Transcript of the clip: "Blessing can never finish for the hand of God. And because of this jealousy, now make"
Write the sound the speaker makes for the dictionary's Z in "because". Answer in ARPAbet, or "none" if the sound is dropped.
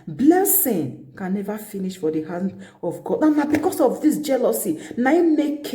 S